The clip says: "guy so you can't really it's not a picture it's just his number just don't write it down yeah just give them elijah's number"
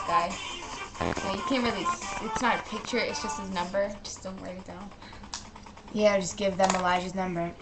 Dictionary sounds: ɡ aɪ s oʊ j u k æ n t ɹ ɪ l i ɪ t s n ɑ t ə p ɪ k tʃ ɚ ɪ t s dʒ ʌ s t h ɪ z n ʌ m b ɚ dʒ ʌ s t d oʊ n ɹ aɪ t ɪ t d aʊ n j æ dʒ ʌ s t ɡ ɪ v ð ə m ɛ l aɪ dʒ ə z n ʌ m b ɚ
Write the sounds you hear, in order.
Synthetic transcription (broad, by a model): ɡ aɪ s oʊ j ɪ k æ n t ɹ ɪ l i ɪ t s n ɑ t ə p ɪ k tʃ ɚ ɪ t s dʒ ʌ s t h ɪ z n ʌ m b ɚ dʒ ʌ s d oʊ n w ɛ ɪ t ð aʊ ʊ j æ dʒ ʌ s ɡ ɪ v ð ə m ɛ l aɪ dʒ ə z n ʌ m b ɚ